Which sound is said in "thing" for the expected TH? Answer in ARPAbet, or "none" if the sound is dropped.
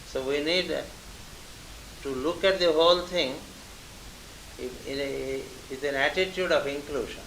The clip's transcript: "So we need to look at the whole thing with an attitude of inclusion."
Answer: T